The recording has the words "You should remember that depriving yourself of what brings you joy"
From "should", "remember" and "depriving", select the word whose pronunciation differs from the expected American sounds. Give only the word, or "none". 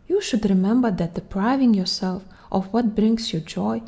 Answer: none